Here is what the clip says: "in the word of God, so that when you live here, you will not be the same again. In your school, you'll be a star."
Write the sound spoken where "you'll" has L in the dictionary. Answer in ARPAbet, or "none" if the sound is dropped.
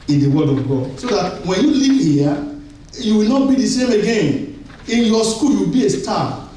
W